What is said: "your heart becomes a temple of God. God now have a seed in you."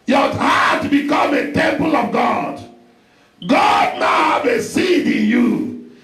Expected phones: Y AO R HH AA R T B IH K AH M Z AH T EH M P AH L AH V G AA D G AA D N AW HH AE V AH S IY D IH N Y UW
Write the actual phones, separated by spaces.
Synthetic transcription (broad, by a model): Y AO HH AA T B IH K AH M AH T EH M P AH L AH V G AA D G AA D N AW HH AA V AH S IY D IH N Y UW